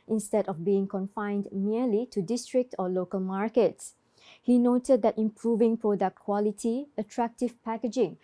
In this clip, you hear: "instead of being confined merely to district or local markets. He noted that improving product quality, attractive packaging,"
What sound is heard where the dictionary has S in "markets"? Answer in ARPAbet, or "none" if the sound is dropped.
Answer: S